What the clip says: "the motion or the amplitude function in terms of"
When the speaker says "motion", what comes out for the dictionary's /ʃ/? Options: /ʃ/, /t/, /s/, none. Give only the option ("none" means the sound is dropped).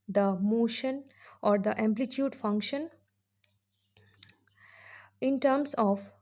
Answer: /ʃ/